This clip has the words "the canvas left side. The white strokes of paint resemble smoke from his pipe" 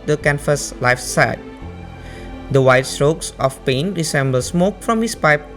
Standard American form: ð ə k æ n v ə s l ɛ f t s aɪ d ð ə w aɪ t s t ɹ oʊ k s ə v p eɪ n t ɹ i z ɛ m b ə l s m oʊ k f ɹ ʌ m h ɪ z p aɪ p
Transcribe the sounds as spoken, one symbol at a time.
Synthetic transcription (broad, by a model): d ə k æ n f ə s l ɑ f s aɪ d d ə w aɪ t s t ɹ oʊ k s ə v p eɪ n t ɹ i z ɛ m b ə l s m oʊ k f ɹ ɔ m h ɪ s p aɪ p